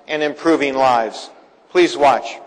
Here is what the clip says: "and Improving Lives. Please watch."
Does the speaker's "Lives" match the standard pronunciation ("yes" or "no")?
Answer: yes